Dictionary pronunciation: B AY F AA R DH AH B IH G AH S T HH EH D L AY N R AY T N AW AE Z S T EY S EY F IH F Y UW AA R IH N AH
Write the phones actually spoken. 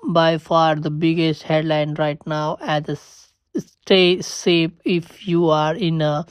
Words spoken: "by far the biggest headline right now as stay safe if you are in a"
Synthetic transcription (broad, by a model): B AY F AA R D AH B IH G AH S T HH EH D L AY N R AY T N AW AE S S T EY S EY P IH F Y UW AA R IH N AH